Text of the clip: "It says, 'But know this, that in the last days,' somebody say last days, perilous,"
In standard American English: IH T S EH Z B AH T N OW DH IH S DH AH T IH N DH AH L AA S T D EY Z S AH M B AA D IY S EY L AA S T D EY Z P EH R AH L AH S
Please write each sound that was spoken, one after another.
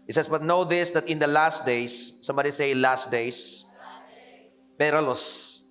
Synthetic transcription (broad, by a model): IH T S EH S B AH T N OW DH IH S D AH T IH N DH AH L AA S T D EY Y S AH M B AA D IY S EY L AA S T D EY S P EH R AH L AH S